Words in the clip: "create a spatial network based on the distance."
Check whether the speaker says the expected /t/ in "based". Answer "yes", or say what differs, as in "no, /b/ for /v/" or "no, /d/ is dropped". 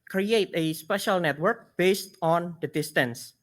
yes